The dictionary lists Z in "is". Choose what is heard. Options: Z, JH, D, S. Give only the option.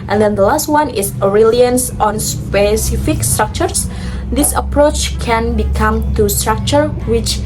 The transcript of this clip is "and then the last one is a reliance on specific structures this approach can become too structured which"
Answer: S